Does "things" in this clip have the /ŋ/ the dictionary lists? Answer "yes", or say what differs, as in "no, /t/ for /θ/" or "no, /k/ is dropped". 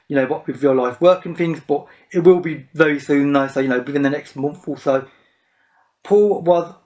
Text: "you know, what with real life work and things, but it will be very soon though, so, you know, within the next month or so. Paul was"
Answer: yes